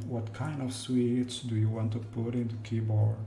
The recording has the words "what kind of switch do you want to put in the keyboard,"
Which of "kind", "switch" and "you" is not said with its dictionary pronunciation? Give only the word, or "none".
switch